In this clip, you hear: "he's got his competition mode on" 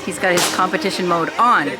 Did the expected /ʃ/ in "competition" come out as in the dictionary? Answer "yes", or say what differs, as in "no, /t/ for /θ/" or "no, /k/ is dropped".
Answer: yes